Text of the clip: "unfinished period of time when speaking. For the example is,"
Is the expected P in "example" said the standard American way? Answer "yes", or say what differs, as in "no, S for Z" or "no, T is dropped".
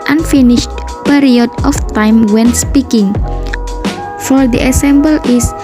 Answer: no, B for P